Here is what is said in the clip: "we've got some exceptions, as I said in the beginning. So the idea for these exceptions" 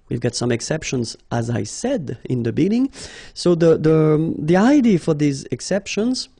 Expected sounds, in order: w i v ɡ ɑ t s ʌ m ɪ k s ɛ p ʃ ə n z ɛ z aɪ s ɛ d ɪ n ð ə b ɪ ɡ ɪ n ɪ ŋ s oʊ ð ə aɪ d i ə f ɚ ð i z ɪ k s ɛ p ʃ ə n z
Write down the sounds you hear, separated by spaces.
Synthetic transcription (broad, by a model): w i v ɡ ɑ t s ʌ m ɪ k s ɛ p ʃ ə n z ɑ z aɪ s ɛ d ɪ n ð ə b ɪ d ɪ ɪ ŋ s oʊ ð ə aɪ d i f ɚ ð i z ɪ k s ɛ p ʃ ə n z